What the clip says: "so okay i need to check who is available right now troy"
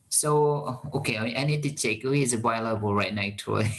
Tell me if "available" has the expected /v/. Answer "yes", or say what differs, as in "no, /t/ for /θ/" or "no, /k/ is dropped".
no, /b/ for /v/